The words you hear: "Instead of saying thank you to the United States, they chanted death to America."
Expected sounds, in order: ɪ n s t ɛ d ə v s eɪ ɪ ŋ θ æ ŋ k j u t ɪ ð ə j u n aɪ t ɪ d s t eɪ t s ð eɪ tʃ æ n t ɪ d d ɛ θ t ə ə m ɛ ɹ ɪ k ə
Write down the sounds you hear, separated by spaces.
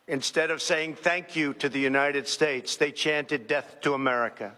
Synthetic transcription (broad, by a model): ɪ n s t ɛ d ə v s eɪ ɪ ŋ θ æ ŋ k j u t ɪ ð ə j u n aɪ t ɪ d s t eɪ t s ð eɪ tʃ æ n t ɪ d d ɛ θ t ə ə m ɛ ɹ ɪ k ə